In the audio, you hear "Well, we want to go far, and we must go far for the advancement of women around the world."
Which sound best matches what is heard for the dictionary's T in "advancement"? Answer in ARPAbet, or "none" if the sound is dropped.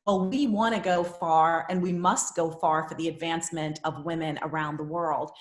T